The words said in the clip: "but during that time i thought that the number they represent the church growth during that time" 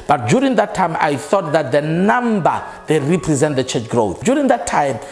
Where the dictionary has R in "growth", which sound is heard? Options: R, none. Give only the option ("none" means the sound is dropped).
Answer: R